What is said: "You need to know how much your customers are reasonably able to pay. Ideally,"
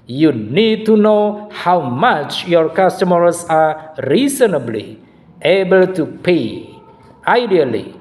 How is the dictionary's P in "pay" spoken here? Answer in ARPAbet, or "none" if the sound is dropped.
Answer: P